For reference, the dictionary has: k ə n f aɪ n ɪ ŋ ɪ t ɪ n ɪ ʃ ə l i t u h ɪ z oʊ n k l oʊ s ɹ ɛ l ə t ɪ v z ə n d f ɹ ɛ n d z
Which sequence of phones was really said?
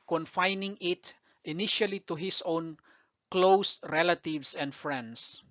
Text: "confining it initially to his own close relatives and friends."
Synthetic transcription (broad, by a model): k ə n f aɪ n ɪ ŋ ɪ t ɪ n ɪ ʃ ə l i t u h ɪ s oʊ n k l oʊ s ɹ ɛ l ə t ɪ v s ə n d f ɹ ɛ n d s